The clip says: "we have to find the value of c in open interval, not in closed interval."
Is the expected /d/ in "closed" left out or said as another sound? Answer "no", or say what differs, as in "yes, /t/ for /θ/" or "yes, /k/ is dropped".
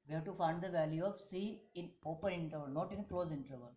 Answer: yes, /d/ is dropped